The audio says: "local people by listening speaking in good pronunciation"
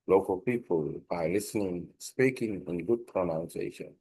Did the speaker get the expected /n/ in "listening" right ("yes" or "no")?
yes